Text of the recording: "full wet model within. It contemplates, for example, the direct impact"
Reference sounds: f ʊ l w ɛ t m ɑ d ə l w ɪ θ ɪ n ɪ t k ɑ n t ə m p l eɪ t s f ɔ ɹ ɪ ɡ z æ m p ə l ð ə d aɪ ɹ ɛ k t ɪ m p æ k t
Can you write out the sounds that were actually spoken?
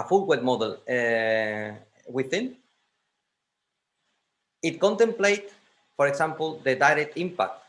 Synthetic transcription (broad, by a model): f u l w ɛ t m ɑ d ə l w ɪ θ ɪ n ɪ t k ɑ n t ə m p l eɪ t f ɔ ɹ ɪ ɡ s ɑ m p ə l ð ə d aɪ ɹ ɛ k t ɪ m p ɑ k t